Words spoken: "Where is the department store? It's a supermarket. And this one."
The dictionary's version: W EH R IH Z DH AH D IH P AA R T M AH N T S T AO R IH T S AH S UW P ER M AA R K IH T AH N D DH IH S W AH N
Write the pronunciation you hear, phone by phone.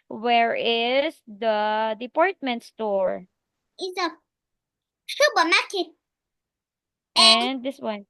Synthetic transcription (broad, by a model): W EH R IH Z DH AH D IH P AA R T M AH N T S T AO R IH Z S AH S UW B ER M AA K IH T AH N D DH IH S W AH N